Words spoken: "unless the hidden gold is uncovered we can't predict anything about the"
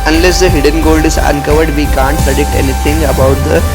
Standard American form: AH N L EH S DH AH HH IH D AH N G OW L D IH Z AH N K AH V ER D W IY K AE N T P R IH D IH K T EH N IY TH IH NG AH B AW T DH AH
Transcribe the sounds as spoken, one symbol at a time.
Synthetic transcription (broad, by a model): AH N L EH S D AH HH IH D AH N G OW L D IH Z AH N K AH V ER D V IY K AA N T P R IH D IH K T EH N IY T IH NG AH B AW T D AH